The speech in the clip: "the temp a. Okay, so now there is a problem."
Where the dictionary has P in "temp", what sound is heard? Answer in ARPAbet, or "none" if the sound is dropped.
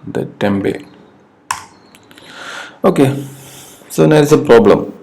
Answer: B